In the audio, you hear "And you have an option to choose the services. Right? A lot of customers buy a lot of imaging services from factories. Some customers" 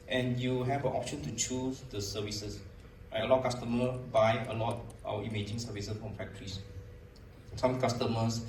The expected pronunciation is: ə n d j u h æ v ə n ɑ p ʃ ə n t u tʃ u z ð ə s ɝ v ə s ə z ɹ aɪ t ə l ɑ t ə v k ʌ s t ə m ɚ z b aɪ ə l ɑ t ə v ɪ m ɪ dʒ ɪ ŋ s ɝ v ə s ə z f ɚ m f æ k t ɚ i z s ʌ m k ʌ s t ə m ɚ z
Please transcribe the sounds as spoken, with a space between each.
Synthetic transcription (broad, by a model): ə n j u h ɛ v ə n ɑ p ʃ ə n t u tʃ u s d ə s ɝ v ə s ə s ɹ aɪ ə l ɑ t k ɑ s t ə m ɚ b aɪ ə l ɑ t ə w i m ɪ dʒ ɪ ŋ s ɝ v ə s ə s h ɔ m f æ k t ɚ i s s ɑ m k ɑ s t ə m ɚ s